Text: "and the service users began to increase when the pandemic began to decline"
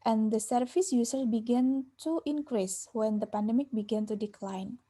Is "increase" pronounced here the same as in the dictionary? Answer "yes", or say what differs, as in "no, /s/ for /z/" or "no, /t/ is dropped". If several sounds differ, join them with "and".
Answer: yes